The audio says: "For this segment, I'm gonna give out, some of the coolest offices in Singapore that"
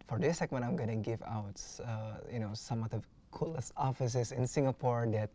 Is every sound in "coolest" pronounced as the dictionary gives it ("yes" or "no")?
no